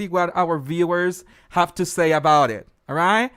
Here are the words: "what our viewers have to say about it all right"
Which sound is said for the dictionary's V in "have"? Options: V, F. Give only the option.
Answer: F